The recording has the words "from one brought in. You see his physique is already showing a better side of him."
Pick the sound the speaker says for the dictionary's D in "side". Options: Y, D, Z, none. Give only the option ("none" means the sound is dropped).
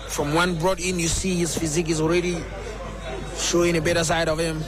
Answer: D